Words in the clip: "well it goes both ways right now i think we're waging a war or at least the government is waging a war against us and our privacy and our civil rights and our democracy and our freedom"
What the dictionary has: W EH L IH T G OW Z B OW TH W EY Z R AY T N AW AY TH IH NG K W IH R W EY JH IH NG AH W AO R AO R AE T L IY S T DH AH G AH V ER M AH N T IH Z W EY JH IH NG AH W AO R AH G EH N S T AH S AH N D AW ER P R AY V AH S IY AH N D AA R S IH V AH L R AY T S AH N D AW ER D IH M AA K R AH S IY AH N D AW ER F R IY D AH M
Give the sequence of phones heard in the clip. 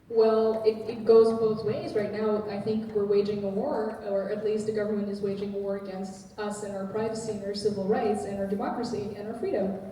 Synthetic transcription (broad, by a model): W EH L IH T G OW Z B OW TH W EY Z R AY T N AW AY TH IH NG K W IH R W EY JH IH NG AH W AO R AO R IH T L IY S T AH G AH V ER M AH N T IH Z W EY JH IH NG AH W AO R AH G EH N S T AH S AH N AW ER P R AY V AH S IY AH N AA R S IH V L R AY T S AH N AW ER D IH M AA K R AH S IY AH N AW ER F R IY D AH M